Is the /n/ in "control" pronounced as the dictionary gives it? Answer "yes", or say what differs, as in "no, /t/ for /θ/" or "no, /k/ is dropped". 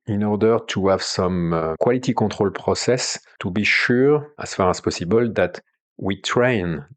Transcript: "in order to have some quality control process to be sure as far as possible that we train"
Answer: no, /n/ is dropped